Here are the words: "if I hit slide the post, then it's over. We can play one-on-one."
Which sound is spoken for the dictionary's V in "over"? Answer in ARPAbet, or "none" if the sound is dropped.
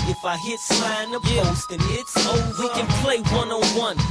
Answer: none